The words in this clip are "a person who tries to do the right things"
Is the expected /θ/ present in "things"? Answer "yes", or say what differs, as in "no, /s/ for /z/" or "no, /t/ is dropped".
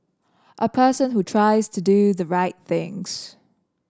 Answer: yes